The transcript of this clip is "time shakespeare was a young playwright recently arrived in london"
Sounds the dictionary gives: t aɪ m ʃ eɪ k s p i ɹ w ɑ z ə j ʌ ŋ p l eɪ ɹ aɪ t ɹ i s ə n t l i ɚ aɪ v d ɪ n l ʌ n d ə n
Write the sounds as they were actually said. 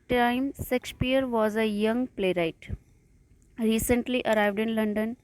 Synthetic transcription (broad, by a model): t aɪ m s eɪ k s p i ɹ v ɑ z ə j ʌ ŋ p l eɪ ɹ aɪ t ɹ i s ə n t l i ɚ aɪ v d ɪ n l ʌ n d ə n